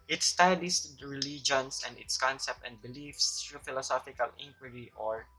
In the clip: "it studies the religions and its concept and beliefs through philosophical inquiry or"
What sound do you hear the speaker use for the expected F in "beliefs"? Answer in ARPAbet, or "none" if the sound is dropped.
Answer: F